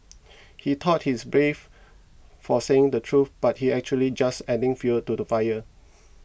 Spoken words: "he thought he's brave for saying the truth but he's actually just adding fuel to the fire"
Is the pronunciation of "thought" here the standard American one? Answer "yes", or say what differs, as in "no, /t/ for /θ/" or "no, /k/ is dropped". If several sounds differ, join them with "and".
no, /t/ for /θ/